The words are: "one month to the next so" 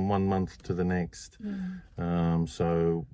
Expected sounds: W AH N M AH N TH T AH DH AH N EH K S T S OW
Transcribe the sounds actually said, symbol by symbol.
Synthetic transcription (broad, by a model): W AH N M AH N TH T AH DH AH N EH K S T S OW